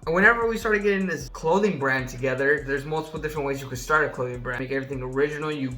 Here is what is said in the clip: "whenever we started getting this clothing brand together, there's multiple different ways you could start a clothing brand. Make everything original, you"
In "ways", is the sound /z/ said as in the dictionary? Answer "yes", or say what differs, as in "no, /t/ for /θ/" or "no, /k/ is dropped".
yes